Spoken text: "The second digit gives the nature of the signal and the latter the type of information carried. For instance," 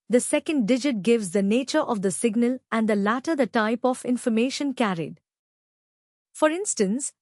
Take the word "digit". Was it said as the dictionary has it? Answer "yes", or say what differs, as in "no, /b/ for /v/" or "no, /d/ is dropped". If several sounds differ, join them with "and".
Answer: yes